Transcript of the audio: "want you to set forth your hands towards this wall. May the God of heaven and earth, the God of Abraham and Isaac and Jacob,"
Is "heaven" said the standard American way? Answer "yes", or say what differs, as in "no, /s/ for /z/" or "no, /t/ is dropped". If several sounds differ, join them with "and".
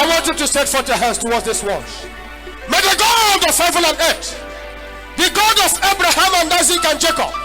no, /l/ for /n/